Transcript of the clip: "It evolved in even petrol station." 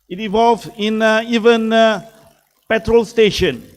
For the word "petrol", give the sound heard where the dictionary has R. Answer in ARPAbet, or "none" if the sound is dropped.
R